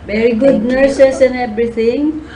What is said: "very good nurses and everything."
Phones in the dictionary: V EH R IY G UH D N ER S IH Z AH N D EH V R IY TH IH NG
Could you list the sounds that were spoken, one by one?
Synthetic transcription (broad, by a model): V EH R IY G UH D N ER S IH S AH N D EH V R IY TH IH NG